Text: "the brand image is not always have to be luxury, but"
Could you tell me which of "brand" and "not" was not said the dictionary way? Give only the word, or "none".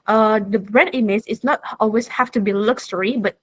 brand